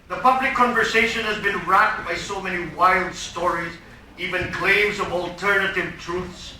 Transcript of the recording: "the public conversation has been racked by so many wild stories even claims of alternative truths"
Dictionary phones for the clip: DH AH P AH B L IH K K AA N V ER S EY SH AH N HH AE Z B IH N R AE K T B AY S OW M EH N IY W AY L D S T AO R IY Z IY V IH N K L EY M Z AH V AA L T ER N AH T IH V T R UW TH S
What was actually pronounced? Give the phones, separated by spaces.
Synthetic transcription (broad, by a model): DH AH P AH B L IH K K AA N V ER S EY SH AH N HH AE Z B IH N R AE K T B AY S OW M EH N IY W AY L D S T AO R IY Z IY V IH N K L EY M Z AH V AA L T ER N AH T IH V T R UW TH S